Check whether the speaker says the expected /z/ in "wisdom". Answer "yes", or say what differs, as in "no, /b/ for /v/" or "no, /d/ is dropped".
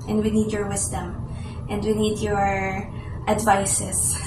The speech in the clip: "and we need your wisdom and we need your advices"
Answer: no, /s/ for /z/